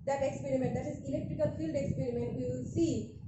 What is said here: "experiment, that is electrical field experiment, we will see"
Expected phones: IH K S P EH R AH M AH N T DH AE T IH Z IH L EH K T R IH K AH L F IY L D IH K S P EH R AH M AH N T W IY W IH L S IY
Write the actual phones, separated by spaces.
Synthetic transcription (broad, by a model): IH K S P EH R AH M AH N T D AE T IH Z IH L EH K T R IH K AH L F IY L D IH K S P EH R AH M AH N T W IY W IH L S IY